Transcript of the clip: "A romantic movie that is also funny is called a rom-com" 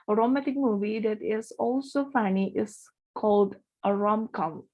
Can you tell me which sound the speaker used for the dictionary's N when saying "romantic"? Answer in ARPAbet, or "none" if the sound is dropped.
none